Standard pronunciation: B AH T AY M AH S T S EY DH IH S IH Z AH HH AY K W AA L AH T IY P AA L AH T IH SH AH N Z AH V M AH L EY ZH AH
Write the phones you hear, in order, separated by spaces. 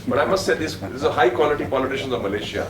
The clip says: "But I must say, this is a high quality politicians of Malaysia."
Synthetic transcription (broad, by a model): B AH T AY M AH S T S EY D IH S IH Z AH HH AY K W AA L AH T IY P AA L AH T IH SH AH N Z AH V M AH L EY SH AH